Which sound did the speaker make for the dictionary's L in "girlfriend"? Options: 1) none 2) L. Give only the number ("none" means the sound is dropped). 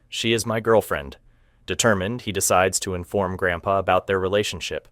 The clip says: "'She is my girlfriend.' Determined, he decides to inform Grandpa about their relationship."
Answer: 2